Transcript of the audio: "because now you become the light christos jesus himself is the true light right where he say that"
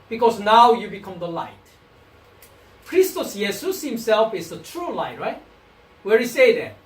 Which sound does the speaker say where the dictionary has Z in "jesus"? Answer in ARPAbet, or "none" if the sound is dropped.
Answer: S